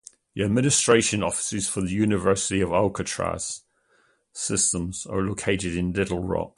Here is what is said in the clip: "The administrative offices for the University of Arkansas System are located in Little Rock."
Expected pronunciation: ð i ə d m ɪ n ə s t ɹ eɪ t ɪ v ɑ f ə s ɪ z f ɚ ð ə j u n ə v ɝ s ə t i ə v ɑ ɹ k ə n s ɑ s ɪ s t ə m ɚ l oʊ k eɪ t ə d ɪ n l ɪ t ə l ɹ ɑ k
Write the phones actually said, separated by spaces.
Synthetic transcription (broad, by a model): ð i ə d m ɪ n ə s t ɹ eɪ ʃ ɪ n ɑ f ə s ɪ z f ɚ ð ə j u n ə v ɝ s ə t i ə v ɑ l k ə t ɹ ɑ s ɪ s t ə m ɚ l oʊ k eɪ t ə d ɪ n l ɪ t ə l ɹ ɑ k